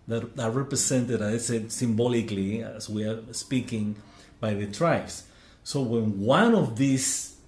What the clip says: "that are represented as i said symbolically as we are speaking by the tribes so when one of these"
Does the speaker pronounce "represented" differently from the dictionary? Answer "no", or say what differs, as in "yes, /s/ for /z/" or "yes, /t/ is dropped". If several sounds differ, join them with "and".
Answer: yes, /s/ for /z/